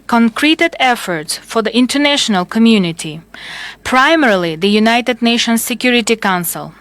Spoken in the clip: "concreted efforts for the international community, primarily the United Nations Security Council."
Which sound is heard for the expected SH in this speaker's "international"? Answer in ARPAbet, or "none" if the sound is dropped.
SH